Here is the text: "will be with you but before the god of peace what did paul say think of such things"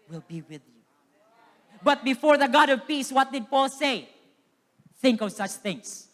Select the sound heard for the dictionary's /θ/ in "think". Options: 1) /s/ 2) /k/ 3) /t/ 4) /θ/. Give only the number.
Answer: 4